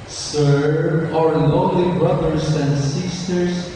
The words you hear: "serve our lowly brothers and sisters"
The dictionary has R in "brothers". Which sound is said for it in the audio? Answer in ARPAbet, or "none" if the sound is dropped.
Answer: R